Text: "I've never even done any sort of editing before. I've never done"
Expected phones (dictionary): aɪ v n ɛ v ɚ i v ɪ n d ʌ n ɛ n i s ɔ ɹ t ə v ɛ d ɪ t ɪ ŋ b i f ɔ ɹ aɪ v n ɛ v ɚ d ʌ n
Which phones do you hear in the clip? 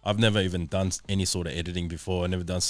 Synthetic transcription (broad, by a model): aɪ v n ɛ v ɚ i v ɪ n d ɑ n ɛ n i s ɔ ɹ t ə v ɛ d ɪ t ɪ ŋ b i f ɔ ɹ aɪ v n ɛ v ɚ d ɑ n